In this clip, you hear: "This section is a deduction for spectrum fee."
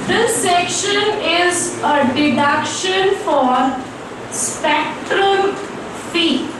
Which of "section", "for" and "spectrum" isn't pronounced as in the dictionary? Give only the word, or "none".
none